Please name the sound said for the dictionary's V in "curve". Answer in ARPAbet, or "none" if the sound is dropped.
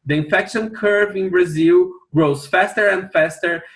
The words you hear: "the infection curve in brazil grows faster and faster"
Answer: V